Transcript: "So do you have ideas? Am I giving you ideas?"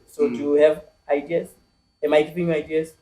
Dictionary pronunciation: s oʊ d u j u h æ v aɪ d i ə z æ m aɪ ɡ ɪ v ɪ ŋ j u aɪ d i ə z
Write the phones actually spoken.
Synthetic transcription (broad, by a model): s oʊ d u j u h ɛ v aɪ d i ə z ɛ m aɪ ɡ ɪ p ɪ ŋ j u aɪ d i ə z